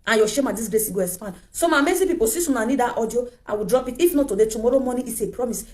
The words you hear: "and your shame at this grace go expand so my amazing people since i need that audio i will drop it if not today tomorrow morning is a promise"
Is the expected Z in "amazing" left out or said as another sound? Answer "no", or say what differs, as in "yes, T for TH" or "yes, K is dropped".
yes, S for Z